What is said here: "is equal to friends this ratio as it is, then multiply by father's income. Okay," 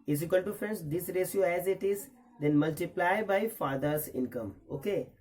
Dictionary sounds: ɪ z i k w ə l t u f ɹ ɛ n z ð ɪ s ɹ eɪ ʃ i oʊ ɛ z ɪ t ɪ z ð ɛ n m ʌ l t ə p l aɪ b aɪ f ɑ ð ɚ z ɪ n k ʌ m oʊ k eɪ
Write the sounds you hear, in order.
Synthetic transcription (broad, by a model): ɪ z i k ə n t u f ɹ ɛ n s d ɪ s ɹ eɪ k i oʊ ɛ z ɪ t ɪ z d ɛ n m ʌ l t ə p l aɪ b aɪ f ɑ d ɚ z ɪ n k ʌ m oʊ k eɪ